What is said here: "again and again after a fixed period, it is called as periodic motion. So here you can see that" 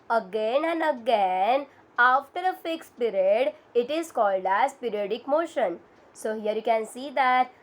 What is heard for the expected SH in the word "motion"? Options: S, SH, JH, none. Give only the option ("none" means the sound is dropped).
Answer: SH